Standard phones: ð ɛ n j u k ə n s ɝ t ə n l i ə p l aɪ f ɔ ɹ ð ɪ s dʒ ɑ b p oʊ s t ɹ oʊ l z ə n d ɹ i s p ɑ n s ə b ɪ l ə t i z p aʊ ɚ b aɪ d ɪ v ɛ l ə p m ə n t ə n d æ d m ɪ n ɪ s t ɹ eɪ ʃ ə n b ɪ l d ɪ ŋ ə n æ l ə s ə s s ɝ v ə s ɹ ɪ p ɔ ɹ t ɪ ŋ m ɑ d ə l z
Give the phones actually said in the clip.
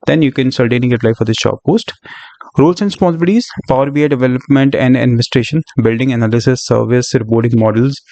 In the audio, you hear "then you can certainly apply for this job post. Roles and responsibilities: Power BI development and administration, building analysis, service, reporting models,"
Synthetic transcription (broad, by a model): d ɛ n j u k ə n s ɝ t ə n i ə p l aɪ f ɔ ɹ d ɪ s ʃ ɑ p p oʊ s t ɹ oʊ l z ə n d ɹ s p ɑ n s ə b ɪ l t i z p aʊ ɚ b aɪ d ɪ v ɛ l ə p m ə n t ə n d æ d m ɪ n ɪ s t ɹ eɪ ʃ ə n b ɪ l d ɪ ŋ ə n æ l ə s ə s s ɝ v ə s ɹ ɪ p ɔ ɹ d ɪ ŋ m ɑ d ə l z